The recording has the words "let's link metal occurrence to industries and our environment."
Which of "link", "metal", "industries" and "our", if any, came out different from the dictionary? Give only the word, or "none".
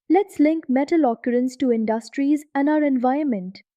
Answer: none